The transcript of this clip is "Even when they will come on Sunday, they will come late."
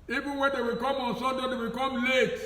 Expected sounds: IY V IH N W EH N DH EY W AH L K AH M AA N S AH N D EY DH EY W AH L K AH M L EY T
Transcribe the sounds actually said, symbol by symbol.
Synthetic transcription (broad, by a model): IY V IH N W EH N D EY W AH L K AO M AA N S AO D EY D EY W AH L K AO M L EY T